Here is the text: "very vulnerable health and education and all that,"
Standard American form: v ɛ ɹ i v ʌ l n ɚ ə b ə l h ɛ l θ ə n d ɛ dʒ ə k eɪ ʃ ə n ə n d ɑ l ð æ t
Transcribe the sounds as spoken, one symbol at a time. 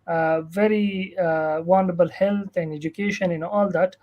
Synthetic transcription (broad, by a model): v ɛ ɹ i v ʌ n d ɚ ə b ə l h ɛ l t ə n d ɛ dʒ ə k eɪ ʃ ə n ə n ɑ l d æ t